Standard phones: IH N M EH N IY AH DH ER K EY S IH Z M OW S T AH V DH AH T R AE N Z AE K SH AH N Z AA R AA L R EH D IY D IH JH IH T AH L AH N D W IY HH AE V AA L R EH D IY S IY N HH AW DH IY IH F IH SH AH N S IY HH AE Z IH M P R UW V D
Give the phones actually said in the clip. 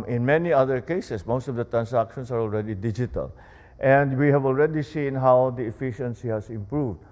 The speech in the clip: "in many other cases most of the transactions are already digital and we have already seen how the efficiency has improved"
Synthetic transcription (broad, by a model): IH N M EH N IY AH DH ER K EY S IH S M OW S T AH V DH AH T R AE N S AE K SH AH N S AA R AA L R EH D IY D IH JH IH T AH L AH N D W IY HH AE V AA L R EH D IY S IY N HH AW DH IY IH F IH SH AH N S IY HH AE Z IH M P R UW V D